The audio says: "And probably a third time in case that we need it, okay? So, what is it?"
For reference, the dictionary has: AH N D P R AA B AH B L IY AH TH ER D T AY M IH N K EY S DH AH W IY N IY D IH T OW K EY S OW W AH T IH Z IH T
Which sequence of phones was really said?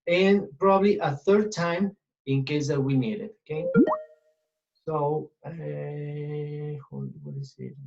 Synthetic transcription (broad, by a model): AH N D P R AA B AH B L IY AH TH ER D T AY M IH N K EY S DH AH W IY N IY D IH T OW K EY S OW W AH T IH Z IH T